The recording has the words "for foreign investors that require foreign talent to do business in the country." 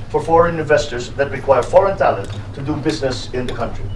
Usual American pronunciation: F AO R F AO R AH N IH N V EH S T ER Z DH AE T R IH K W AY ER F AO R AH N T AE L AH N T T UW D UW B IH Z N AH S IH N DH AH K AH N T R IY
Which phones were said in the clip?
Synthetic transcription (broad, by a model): F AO R F AO R AH N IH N V EH S T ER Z DH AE T R IH K W AY ER F AO R AH N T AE L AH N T T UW D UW B IH Z N AH S IH N DH AH K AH N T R IY